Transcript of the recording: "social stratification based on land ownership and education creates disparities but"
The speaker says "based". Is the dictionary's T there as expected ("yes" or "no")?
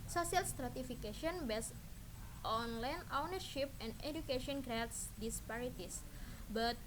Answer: yes